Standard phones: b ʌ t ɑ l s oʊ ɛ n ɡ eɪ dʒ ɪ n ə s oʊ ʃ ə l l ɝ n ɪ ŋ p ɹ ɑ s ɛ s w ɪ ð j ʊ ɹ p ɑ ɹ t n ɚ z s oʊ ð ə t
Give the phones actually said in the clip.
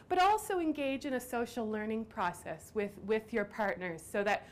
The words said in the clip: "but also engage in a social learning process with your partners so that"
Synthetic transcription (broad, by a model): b ʌ t ɑ l s oʊ ɛ n ɡ eɪ dʒ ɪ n ə s oʊ ʃ l l ɝ n ɪ ŋ p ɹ ɑ s ɛ s w ɪ ð j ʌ ɹ p ɑ ɹ t n ɚ z s oʊ ð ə t